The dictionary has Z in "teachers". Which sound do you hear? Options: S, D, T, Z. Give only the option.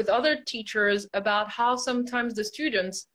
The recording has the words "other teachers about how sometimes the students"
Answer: Z